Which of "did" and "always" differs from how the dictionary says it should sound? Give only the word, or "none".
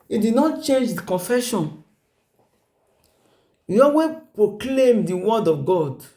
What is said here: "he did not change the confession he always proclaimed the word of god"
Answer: always